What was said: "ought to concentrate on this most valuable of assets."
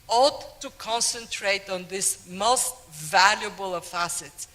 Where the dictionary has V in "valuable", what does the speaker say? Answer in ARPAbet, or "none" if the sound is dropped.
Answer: V